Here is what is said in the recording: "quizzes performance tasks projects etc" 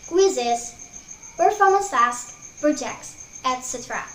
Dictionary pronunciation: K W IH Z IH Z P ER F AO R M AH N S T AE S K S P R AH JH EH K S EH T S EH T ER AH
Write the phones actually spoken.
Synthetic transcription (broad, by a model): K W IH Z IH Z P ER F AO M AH S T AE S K P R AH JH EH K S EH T S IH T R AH